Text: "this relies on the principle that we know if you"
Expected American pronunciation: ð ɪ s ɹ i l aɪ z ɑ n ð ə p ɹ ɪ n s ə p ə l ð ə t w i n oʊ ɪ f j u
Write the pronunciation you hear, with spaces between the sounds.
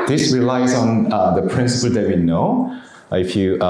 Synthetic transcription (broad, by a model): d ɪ s ɹ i l aɪ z ɑ n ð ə p ɹ ɪ n s ə p ə l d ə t w i n oʊ ɪ f j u